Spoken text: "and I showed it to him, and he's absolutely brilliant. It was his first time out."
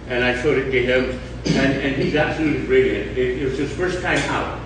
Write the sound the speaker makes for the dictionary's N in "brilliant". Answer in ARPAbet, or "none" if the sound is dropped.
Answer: none